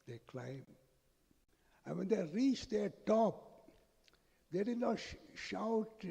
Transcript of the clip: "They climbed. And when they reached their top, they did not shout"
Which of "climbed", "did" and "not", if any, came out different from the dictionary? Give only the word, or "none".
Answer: climbed